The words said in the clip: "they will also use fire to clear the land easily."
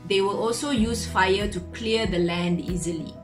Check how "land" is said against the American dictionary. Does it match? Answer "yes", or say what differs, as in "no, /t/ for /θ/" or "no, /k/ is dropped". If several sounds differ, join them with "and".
yes